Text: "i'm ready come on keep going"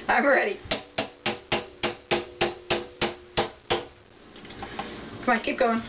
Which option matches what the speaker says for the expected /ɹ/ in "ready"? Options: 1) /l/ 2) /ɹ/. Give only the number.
2